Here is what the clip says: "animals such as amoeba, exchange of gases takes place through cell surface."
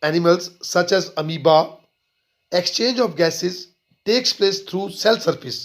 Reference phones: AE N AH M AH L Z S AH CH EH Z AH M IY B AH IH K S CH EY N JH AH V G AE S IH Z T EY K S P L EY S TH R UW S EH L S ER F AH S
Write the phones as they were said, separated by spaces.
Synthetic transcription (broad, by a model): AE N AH M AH L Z S AH CH EH Z AH M IY B AH IH K S CH EY N JH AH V G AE S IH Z T EY K S P L EY S T R UW S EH L S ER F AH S